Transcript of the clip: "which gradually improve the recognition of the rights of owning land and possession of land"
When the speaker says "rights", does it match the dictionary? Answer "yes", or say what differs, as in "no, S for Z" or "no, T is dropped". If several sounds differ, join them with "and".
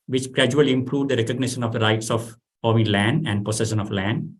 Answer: yes